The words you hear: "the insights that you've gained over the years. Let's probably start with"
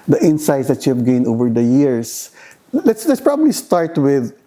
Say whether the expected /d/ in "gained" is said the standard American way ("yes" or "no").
no